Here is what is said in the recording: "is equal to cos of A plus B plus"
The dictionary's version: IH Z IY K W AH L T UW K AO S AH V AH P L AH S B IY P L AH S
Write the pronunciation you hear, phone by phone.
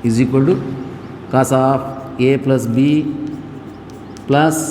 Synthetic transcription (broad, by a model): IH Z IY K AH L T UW K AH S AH P AH P L AH S B IY P L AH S